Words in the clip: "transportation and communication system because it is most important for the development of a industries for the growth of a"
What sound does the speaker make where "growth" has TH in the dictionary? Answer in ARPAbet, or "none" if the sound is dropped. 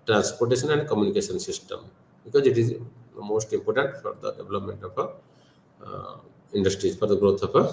T